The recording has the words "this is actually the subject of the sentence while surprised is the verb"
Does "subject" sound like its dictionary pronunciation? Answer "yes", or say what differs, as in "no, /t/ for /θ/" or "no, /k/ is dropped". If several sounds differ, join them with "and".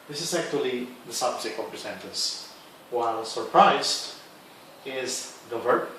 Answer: no, /t/ is dropped